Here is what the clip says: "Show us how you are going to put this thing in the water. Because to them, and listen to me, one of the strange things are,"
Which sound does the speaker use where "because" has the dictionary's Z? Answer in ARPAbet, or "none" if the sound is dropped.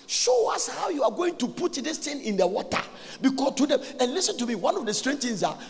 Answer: none